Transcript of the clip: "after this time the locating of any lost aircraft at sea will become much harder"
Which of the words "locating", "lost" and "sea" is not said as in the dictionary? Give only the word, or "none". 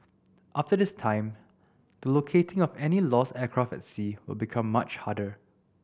lost